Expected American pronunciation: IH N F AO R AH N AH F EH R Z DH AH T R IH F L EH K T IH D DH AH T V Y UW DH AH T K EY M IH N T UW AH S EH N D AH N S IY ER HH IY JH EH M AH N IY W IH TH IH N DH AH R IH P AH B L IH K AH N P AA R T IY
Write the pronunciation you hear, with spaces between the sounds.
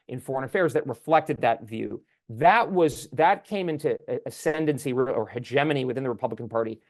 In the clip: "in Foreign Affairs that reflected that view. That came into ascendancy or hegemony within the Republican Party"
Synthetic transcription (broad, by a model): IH N F AO R AH N AH F EH R Z DH AH T R IH F L EH K T IH D DH AH T V Y UW DH AH T K EY M IH N T UW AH S EH N D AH N S IY ER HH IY JH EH M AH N IY W IH TH IH N DH AH R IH P AH B L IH K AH N P AA R T IY